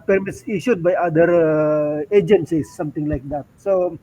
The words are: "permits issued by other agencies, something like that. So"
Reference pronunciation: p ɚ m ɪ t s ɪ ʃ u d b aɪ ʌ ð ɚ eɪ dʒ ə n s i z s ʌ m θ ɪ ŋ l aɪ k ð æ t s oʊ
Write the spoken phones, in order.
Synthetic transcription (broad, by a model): p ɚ m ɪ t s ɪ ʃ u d b aɪ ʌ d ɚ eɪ dʒ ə n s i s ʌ m t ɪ ŋ l aɪ k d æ t s oʊ